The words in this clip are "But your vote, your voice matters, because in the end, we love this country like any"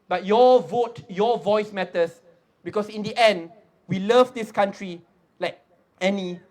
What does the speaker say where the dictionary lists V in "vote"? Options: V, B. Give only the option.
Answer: V